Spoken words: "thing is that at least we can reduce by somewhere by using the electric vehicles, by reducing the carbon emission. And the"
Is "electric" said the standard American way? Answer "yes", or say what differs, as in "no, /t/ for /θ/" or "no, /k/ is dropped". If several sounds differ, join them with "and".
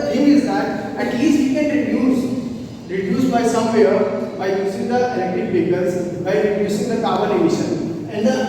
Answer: no, /ɹ/ is dropped